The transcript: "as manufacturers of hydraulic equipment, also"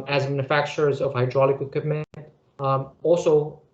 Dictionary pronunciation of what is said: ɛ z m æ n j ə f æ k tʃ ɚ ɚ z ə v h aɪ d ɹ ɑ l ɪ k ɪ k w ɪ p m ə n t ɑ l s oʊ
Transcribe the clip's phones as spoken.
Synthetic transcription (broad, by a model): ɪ z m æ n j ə f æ k tʃ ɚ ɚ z ə v h aɪ d ɹ ɑ l ɪ k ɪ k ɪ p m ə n ɑ l s oʊ